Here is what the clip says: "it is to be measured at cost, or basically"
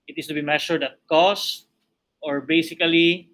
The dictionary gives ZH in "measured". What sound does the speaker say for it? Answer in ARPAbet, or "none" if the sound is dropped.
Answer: SH